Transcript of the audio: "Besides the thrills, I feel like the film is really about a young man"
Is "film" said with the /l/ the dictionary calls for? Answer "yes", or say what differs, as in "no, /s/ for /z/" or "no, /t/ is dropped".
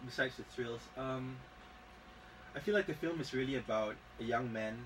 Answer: yes